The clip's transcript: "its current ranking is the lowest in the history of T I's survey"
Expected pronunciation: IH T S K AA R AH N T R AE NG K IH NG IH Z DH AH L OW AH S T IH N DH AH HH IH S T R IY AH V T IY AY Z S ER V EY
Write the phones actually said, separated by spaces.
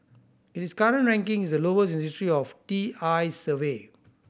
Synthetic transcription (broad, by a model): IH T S K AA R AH N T R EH NG K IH NG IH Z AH L OW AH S IH N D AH S T R IY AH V T IY AY S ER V EY